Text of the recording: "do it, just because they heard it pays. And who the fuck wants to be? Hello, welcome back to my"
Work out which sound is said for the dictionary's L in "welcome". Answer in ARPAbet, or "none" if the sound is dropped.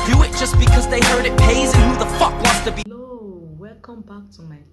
none